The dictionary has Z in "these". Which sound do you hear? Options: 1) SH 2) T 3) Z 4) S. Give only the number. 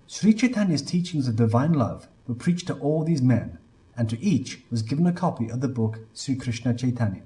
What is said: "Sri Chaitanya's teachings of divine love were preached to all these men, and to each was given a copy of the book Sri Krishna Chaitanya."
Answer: 3